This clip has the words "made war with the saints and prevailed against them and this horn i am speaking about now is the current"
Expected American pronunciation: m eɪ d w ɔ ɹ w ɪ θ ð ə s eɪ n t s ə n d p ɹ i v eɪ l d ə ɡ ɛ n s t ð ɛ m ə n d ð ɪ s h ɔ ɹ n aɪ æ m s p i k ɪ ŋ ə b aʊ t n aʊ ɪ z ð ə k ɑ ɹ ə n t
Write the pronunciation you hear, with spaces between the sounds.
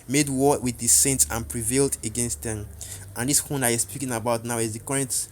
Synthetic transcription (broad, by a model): m eɪ d w ɔ w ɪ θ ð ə s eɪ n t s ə n p ɹ i v eɪ l d ə ɡ ɛ n s t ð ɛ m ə n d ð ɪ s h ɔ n aɪ s p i k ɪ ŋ ə b aʊ t n aʊ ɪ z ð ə k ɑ ɹ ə n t